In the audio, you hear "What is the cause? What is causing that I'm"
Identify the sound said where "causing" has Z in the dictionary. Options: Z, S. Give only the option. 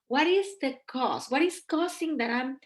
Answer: S